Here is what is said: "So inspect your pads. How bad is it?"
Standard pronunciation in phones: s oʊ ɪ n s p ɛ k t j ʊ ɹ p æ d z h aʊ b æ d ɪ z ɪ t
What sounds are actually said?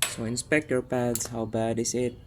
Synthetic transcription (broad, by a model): s oʊ ɪ n s p ɛ k t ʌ ɹ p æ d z h aʊ b æ d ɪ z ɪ t